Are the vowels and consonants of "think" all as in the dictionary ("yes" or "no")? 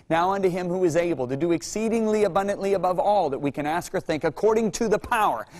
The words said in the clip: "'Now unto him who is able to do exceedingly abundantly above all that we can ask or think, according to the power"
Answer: yes